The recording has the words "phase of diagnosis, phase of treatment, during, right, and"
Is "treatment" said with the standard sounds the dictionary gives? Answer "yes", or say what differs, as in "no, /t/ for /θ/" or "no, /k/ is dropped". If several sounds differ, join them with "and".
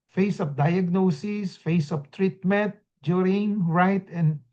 yes